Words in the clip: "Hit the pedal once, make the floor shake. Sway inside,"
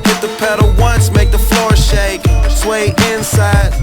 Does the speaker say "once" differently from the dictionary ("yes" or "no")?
no